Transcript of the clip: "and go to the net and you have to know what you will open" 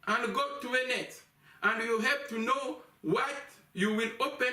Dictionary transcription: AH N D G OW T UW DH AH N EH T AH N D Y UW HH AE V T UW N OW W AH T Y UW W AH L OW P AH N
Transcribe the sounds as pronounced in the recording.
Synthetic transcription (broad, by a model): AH N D G OW T UW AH N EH T AH N D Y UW HH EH P T UW N OW W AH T Y UW W AH L OW P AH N